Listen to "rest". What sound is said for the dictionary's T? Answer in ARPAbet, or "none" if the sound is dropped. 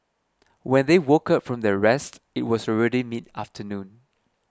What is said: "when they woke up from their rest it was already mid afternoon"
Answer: T